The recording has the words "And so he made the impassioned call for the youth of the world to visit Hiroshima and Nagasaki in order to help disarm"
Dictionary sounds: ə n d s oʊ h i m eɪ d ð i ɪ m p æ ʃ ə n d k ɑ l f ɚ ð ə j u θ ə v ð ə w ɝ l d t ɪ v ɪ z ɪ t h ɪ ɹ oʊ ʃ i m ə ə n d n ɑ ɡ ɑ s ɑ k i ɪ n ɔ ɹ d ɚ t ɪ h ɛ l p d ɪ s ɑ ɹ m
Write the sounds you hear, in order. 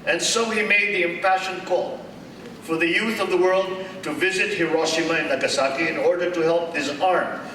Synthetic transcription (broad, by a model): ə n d s oʊ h i m eɪ d ð i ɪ m p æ ʃ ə n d k ɑ l f ɚ ð ə j u θ ə v ð ə w ɝ l d t ɪ v ɪ z ɪ t h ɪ ɹ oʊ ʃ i m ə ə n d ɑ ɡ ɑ s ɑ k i ɪ n ɔ ɹ d ɚ t ɪ h ɛ l p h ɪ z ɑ ɹ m